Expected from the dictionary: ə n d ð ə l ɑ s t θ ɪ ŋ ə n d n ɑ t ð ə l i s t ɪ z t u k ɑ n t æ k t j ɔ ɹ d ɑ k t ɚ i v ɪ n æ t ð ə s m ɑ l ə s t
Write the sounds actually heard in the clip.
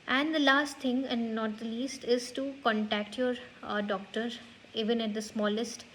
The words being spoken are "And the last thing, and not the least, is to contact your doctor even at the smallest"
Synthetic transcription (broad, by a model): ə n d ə l ɑ s t t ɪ ŋ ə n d n ɑ t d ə l i s t ɪ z t u k ɑ n t æ k t j ɔ ɹ d ɑ k t ɚ i v ɪ n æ t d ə s m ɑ l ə s t